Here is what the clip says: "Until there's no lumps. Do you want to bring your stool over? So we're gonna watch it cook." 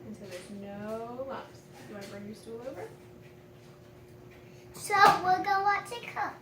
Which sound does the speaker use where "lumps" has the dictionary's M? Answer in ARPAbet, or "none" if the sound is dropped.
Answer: none